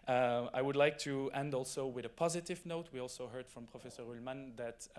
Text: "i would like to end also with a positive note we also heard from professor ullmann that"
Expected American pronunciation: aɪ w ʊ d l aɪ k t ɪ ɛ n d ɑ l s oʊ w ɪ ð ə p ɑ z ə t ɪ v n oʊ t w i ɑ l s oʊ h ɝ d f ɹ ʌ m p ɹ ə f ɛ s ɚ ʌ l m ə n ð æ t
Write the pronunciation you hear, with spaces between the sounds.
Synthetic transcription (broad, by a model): aɪ w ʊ d l aɪ k t ɪ ɛ n d ɑ l s oʊ w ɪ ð ə p ɑ z ə t ɪ v n oʊ t w i ɑ l s oʊ h ɝ d f ɹ ʌ m p ɹ ə f ɛ s ɚ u l m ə n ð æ t